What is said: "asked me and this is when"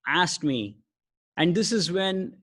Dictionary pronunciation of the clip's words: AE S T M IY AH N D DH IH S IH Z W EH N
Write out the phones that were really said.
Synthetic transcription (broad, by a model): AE S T M IY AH N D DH IH S IH Z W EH N